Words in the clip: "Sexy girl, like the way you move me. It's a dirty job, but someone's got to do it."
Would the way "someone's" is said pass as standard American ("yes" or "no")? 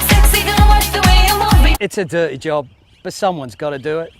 yes